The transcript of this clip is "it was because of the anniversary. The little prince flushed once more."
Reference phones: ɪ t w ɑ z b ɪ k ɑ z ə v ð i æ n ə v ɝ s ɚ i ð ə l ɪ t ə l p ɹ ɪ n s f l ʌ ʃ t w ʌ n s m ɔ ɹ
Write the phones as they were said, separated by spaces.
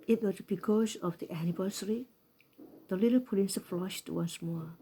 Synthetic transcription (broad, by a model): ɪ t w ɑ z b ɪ k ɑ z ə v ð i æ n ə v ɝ s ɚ i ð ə l ɪ t ə l p l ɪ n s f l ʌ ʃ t w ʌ n s m ɔ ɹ